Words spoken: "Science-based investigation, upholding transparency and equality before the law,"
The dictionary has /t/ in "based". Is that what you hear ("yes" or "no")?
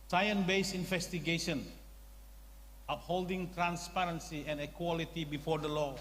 no